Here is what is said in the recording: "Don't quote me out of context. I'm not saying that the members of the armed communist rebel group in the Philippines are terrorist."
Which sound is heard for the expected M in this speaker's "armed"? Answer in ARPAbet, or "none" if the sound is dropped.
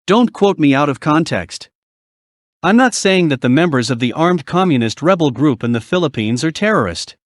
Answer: M